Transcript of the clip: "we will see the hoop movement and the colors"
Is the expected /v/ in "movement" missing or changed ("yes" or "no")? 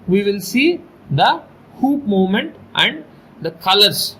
yes